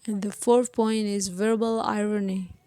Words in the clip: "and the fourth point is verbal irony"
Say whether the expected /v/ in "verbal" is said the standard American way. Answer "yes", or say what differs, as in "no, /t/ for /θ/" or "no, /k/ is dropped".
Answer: yes